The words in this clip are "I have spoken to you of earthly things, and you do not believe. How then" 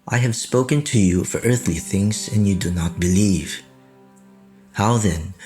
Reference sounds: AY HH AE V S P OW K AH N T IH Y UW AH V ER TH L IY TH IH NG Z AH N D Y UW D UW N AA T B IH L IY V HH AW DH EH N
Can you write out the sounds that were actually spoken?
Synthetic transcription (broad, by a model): AY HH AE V S P OW K AH N T IH Y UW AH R ER TH L IY TH IH NG Z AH N Y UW D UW N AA T B IH L IY V HH AW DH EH N